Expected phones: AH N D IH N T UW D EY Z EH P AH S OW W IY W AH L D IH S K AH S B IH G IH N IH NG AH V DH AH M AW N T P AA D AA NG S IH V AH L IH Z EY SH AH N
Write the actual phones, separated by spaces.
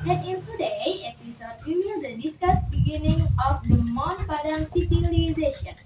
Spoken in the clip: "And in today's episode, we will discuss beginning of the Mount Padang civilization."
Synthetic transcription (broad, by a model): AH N IH N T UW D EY EH P AH S OW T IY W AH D D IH S K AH S B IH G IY N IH NG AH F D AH M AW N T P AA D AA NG S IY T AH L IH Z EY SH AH N